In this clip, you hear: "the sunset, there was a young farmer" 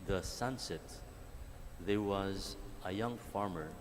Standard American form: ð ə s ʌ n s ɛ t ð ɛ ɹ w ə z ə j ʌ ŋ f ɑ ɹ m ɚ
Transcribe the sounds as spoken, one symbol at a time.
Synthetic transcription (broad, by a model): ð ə s ʌ n s ɛ t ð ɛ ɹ w ə z ə j ʌ ŋ f ɑ ɹ m ɚ